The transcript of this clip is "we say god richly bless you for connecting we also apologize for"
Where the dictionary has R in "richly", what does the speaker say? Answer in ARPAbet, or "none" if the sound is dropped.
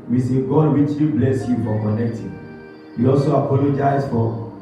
W